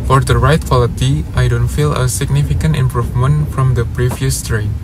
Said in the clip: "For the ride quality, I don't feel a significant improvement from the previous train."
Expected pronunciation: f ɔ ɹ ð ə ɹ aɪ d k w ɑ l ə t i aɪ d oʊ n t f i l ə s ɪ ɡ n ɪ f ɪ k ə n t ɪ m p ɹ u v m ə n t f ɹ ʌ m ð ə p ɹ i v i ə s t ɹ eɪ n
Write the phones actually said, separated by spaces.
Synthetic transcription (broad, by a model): f ɔ ɹ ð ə ɹ aɪ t k w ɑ l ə t i aɪ d oʊ n t f i l ə s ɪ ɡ n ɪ f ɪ k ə n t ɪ m p ɹ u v m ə n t f ɹ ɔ m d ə p ɹ i v i ə s t ɹ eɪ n